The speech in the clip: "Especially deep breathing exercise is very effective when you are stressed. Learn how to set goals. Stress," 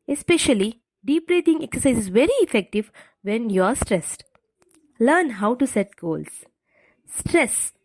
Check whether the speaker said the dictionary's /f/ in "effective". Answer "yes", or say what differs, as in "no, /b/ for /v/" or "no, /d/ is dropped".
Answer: yes